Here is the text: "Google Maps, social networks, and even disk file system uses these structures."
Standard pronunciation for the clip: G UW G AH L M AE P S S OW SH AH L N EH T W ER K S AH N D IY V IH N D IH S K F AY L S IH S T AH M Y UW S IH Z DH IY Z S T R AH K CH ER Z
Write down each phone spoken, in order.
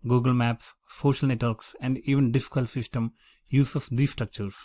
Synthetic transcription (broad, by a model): G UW G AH L M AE P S S OW SH AH L N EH T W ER K S AH N D IY V IH N D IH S K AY L S IH S T AH M Y UW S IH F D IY S T R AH K CH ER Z